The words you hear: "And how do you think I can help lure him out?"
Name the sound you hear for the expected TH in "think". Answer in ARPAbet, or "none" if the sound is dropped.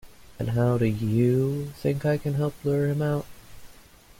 TH